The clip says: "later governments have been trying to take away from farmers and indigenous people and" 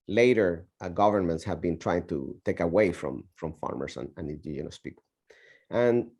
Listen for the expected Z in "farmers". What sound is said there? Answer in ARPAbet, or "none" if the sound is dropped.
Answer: S